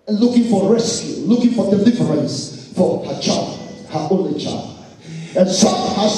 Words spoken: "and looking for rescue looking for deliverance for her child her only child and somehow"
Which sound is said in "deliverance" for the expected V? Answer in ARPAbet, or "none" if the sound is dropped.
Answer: F